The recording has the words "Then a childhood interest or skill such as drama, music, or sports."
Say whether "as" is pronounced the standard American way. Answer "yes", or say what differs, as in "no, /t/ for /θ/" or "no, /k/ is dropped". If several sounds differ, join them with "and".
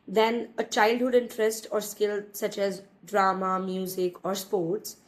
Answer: yes